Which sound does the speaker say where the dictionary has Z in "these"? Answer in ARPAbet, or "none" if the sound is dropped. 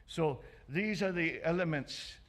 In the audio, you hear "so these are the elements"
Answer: Z